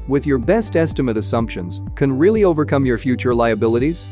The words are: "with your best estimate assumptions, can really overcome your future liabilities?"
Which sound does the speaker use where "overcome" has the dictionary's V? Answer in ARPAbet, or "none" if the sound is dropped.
V